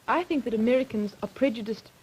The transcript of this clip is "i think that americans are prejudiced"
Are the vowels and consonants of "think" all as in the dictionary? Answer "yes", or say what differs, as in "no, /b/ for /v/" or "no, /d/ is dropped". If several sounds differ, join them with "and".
yes